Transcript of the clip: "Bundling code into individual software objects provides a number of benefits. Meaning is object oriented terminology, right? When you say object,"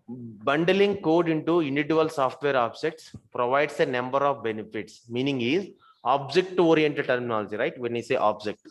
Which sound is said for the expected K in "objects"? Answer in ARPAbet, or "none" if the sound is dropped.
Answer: K